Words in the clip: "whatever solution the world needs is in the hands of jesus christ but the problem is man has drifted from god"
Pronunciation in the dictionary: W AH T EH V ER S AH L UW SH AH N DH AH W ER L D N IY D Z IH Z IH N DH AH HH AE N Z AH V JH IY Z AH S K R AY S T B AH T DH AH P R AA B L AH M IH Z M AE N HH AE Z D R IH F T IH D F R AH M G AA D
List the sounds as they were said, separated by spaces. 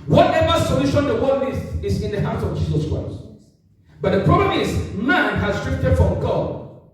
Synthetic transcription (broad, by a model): W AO T EH V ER S AH L UW SH AH N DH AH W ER D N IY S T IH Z IH N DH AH HH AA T AH V JH IY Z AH S K R AY S T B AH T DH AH P R AA B L AH M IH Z M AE N HH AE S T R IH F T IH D F R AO M G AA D